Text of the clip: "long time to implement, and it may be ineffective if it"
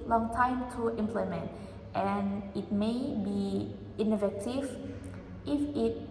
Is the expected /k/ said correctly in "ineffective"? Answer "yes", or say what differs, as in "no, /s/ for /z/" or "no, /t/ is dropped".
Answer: no, /k/ is dropped